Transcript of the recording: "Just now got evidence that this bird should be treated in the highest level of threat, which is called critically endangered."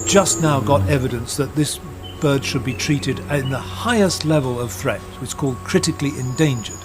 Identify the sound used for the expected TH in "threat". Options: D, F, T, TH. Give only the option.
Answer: TH